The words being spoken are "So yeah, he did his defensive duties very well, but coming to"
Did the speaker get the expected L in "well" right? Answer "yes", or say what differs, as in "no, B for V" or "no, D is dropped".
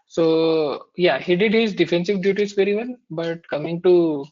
no, N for L